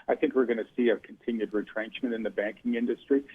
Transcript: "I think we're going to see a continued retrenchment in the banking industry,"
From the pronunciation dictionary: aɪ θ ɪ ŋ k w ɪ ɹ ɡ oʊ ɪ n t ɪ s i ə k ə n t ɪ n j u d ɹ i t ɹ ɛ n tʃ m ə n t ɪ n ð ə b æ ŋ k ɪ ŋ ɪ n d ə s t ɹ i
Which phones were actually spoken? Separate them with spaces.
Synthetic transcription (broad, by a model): aɪ θ ɪ ŋ k w ɪ ɹ ɡ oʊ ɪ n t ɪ s i ə k n t ɪ n j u d ɹ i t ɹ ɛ n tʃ m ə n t ɪ n ð ə b æ ŋ k ɪ ŋ ɪ n d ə s t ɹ i